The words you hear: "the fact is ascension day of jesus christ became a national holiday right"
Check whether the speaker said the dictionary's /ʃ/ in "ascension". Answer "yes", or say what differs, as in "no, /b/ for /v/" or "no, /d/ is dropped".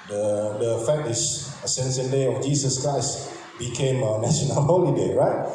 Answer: no, /s/ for /ʃ/